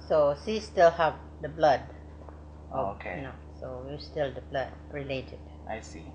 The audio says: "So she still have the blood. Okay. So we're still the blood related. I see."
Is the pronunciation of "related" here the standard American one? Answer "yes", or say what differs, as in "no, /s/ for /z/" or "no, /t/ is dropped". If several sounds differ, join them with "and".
yes